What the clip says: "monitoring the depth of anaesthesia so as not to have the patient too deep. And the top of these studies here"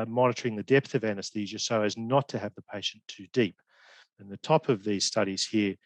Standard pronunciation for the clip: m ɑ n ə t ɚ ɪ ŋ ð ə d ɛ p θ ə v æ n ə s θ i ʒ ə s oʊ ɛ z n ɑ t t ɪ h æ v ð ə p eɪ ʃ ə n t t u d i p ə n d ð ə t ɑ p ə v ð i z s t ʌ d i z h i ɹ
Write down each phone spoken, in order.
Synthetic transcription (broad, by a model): m ɑ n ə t ɚ ɪ ŋ ð ə d ɛ p θ ə v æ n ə s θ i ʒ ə s oʊ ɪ z n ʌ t t ɪ v ð ə p eɪ ʃ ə n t t u d i p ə n ð ə t ɑ p ə v ð i z s t ʌ d i z h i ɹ